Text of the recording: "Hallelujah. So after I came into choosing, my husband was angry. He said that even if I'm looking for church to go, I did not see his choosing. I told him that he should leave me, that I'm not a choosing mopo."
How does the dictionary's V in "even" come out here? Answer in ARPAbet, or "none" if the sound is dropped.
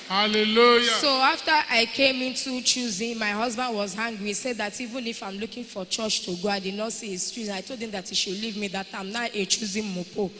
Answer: V